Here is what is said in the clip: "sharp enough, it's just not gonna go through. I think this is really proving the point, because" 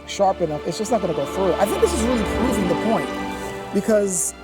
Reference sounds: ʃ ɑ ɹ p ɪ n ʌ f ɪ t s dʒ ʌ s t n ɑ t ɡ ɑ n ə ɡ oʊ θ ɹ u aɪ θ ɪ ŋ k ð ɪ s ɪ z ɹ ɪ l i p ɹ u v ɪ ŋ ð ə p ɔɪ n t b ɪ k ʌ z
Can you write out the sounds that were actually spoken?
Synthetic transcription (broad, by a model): ʃ ɑ ɹ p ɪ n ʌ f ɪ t s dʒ ʌ s n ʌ t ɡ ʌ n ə ɡ oʊ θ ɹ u aɪ θ ɪ ŋ k ð ɪ s ɪ z ɹ ɪ l i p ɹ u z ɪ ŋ ð ə p ɔɪ n t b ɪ k ʌ z